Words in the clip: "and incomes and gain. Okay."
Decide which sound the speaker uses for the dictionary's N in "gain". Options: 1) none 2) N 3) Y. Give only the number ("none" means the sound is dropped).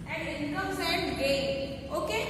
1